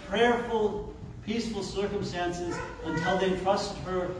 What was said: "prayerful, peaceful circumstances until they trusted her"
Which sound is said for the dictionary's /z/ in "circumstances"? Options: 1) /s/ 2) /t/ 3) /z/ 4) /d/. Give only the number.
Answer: 3